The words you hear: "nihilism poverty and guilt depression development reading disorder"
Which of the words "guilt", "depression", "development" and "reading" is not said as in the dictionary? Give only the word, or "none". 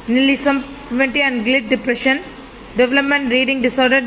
guilt